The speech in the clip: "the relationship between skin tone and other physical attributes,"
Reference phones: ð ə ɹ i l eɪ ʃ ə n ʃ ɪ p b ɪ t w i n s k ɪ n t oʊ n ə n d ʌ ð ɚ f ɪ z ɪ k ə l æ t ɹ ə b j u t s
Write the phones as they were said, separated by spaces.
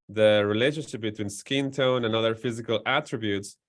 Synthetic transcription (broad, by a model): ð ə ɹ i l eɪ ʃ ə n ʃ ɪ p b ɪ t w i n s k ɪ n t oʊ n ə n ʌ ð ɚ f ɪ z ɪ k ə l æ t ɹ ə b j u t s